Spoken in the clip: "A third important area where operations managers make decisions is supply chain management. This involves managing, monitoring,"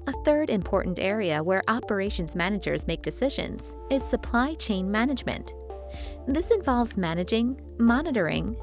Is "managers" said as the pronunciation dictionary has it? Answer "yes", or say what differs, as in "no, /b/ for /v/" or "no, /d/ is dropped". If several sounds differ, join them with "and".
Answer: yes